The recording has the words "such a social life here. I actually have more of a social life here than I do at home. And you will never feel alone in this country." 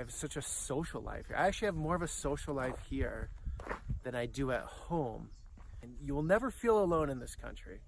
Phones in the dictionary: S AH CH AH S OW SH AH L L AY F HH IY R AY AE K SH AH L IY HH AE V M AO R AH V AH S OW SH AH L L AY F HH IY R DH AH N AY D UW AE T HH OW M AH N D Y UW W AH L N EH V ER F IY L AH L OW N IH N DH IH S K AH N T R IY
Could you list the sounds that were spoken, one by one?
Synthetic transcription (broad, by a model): S AH CH AH S OW SH L L AY F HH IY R AY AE K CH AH L IY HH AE V M AO R AH V AH S OW SH L L AY F HH IY R DH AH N AY D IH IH T HH OW M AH N Y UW W AH L N EH V ER F IY L AH L OW N IH N DH IH S K AH N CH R IY